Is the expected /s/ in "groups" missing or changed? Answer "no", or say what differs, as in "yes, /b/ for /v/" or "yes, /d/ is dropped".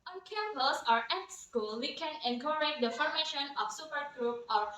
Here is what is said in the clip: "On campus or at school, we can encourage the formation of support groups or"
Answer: yes, /s/ is dropped